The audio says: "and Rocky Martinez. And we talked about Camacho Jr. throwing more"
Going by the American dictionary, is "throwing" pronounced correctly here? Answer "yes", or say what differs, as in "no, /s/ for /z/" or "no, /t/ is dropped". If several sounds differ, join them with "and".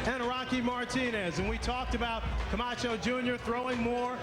yes